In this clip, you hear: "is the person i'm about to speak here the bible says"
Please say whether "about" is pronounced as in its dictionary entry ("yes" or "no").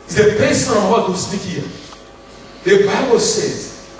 no